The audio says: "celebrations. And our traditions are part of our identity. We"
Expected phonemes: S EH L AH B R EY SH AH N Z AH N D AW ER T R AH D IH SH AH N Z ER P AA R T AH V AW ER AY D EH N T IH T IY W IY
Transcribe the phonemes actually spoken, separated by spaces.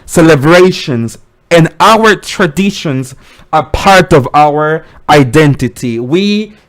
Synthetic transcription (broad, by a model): S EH L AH B R EY SH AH N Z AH N AW ER T R AH D IH SH AH N Z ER P AA R T AH V AW ER AY D EH N T IH T IY W IY